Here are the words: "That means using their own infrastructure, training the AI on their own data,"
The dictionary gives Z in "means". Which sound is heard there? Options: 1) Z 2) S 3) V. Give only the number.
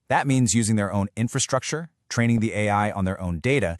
1